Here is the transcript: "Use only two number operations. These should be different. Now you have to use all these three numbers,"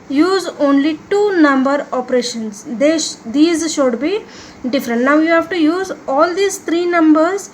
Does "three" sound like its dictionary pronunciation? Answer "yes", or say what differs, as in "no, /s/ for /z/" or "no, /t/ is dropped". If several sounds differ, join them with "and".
no, /t/ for /θ/